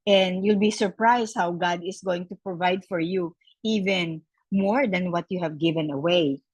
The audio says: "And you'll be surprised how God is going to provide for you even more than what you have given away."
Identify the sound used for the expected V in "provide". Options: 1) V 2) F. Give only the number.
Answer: 1